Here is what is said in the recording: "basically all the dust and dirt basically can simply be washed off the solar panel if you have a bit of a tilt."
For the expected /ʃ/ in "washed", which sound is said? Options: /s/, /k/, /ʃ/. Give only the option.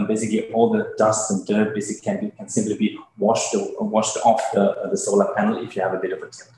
/ʃ/